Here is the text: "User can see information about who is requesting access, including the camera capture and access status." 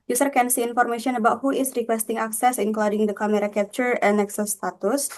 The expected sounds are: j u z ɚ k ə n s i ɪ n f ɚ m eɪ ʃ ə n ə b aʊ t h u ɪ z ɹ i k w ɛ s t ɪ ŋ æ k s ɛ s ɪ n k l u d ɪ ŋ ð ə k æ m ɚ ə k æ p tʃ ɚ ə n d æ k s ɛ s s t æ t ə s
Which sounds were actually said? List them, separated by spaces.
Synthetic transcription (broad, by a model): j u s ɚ k ə n s i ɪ n f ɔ m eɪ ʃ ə n ə b aʊ t h u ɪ s ɹ i k w ɛ s t ɪ ŋ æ k s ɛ s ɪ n k l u d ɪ ŋ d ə k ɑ m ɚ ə k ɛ p tʃ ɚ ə n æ k s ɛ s s t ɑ t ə s